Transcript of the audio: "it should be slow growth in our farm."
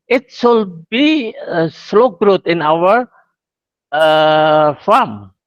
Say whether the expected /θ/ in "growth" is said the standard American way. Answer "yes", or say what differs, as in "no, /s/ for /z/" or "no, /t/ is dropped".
no, /t/ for /θ/